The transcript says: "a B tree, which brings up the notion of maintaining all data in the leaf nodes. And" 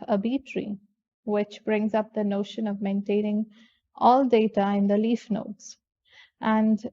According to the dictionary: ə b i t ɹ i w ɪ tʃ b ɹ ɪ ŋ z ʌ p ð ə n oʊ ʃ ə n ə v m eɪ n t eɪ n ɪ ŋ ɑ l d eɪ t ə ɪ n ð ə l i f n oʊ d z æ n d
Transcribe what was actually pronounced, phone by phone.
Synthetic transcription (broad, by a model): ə b i t ɹ i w ɪ tʃ b ɹ ɪ ŋ z ʌ p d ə n oʊ ʃ ə n ə v m eɪ n t eɪ n ɪ ŋ ɑ l d eɪ t ə ɪ n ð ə l i f n oʊ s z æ n d